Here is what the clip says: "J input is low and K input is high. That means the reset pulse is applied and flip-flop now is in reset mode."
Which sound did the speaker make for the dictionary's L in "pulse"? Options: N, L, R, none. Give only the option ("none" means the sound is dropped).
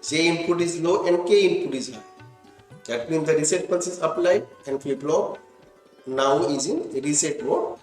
N